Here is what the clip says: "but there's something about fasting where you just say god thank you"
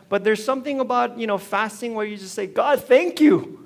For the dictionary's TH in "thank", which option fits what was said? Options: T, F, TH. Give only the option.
TH